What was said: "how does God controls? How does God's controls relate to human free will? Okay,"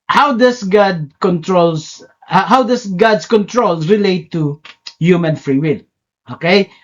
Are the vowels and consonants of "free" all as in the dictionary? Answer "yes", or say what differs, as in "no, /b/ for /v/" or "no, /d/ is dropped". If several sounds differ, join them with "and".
yes